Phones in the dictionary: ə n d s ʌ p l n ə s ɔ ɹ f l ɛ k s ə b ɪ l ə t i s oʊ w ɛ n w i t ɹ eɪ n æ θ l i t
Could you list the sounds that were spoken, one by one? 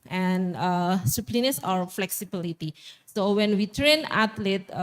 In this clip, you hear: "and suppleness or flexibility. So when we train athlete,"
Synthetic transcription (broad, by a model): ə n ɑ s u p l n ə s ɔ ɹ f l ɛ k s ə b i l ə t i s oʊ w ɛ n w i t ɹ eɪ n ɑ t l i t